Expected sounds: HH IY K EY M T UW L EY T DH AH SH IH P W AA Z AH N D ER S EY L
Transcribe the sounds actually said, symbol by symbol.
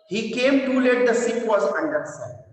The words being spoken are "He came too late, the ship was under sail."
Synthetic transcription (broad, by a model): HH IY K EY M T UW L EY T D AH S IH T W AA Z AH N D ER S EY